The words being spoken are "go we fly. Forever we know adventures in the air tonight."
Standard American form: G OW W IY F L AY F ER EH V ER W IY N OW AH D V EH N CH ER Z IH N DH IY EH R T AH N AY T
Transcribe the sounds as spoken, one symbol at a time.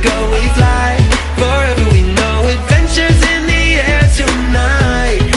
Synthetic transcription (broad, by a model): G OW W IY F L AY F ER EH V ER W IY N OW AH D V EH N CH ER Z IH N DH IY EH R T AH N AY T